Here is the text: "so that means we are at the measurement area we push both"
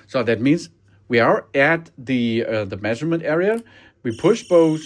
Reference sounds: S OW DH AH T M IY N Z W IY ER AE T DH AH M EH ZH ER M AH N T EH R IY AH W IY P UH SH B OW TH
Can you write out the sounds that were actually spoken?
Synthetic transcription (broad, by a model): S OW DH AH T M IY N Z W IY ER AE T DH AH M EH ZH ER M AH N T EH R IY AH W IY P UH SH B OW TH